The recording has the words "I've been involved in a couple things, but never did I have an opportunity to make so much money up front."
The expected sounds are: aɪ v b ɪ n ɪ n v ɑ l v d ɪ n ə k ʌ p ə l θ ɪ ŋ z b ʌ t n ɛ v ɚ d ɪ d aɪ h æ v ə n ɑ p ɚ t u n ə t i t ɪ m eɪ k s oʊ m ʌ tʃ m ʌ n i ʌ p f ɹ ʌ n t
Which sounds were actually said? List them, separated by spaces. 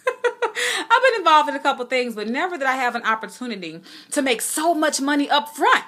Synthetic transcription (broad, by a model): aɪ v b ɪ n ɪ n v ɑ l v d ɪ n ə k ʌ p l θ ɪ ŋ z b ʌ t n ɛ v ɚ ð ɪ d aɪ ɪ v ə n ɑ p ɚ t u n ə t i t ɪ m eɪ k s oʊ m ʌ tʃ m ʌ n i ʌ p f ɹ ʌ n t